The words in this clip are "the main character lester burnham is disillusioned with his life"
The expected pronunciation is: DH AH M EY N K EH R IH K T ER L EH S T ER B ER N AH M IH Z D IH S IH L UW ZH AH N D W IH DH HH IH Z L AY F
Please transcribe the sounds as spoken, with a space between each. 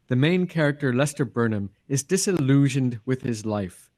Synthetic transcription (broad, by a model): DH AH M EY N K EH R IH K T ER L EH S T ER B ER N AH M IH Z D IH S IH L UW ZH AH N D W IH DH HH IH Z L AY F